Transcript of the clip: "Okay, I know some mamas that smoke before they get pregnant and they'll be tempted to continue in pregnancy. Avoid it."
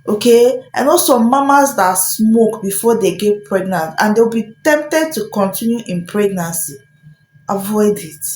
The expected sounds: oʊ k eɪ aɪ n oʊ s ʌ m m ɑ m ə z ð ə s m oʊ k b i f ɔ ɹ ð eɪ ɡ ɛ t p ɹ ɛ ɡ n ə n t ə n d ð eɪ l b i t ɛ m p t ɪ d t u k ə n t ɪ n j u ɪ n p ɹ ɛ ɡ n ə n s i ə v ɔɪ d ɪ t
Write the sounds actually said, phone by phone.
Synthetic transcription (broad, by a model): oʊ k eɪ aɪ n oʊ s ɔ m m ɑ m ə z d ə s m oʊ k b i f ɔ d eɪ ɡ ɛ t p ɹ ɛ ɡ n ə n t ə n d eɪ w b i t ɛ m p t ɪ d t u k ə n t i n j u ɪ n p ɹ ɛ ɡ n ə n s i ə v ɔɪ d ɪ t